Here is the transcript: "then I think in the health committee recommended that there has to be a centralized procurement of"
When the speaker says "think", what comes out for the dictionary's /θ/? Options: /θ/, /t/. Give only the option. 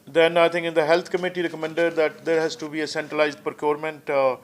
/t/